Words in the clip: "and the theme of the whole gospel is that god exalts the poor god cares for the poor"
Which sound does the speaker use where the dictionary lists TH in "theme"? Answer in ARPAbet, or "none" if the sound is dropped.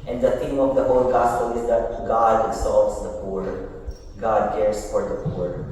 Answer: T